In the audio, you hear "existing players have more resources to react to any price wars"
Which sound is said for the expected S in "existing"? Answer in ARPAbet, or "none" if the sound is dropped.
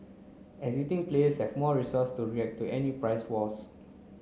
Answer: none